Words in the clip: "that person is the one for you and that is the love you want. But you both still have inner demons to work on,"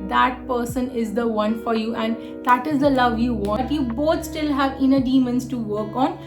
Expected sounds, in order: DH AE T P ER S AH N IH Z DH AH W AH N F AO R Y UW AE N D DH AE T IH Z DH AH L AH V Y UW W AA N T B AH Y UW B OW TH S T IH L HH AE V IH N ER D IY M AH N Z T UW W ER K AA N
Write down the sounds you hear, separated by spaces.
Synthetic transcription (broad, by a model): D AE T P ER S AH N IH Z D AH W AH N F AO R Y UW AE N D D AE T IH Z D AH L AH V Y UW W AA T Y UW B OW T S T IH L HH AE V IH N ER D IY M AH N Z T UW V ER K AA N